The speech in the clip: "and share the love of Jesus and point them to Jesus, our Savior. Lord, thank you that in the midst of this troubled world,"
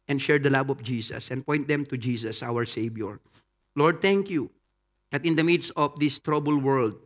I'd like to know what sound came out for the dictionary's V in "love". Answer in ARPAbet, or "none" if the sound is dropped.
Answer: B